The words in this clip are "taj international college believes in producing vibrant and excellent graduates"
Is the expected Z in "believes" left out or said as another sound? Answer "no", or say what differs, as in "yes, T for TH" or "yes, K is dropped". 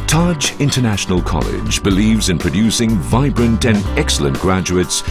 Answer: no